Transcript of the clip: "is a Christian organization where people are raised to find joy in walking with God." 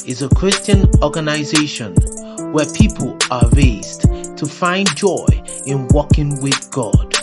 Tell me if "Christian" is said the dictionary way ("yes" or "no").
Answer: yes